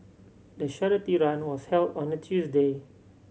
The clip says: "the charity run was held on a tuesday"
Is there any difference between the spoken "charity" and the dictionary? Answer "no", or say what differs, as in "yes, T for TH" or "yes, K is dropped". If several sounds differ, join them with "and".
yes, SH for CH